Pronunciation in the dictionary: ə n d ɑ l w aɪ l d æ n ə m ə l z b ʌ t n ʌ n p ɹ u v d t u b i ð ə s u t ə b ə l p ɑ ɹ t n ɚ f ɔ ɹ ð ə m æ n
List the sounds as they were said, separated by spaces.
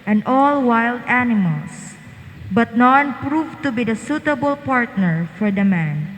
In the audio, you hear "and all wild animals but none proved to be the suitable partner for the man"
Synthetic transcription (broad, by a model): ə n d ɑ l w aɪ l d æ n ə m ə l s b ʌ t n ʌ n p ɹ u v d t u b i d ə s u t ə b ə l p ɑ ɹ t n ɚ f ɔ ɹ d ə m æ n